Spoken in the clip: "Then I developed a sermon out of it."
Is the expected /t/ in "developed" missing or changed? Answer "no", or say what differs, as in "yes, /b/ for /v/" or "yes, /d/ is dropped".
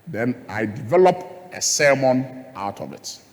yes, /t/ is dropped